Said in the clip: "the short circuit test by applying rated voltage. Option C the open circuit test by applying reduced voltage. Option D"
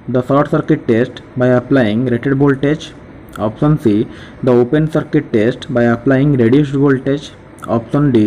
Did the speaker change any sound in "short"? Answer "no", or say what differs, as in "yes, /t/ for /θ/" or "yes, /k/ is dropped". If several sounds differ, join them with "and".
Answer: yes, /s/ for /ʃ/